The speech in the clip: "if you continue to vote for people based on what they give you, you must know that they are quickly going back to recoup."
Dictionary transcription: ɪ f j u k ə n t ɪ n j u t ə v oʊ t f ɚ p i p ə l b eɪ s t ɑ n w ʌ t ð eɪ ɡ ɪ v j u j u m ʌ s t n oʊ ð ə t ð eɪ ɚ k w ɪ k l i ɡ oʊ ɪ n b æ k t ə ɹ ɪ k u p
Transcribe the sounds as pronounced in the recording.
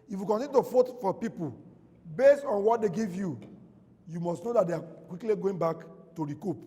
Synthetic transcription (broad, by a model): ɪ f j u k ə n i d t ə f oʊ t f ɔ p i p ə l b eɪ s t ɑ n w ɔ t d eɪ ɡ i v j u j u m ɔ s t n oʊ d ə t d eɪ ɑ k w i k l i ɡ oʊ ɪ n b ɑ k t ə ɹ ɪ k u p